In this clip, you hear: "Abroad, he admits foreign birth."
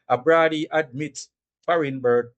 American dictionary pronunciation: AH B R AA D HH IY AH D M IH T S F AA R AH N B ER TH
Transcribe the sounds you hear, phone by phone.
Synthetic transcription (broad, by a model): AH B R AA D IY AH D M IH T F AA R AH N B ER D